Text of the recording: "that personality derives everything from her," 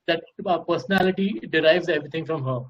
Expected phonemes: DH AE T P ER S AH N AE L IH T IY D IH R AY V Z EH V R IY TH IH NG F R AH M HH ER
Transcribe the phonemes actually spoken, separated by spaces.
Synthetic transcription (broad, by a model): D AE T P ER S AH N AE L IH T IY D IH R AY V Z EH V R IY T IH NG F R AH M HH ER